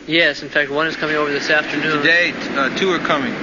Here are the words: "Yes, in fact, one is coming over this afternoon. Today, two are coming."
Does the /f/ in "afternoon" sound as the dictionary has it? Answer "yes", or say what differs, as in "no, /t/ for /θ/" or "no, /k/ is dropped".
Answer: yes